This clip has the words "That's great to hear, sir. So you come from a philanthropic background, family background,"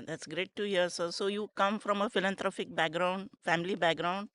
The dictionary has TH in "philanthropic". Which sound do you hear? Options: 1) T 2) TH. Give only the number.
1